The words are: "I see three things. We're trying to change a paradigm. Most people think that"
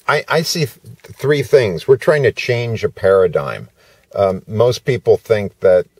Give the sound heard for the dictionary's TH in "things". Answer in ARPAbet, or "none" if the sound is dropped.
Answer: TH